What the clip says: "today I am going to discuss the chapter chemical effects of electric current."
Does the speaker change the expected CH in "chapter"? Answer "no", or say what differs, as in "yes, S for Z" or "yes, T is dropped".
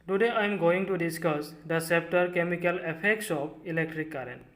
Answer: yes, S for CH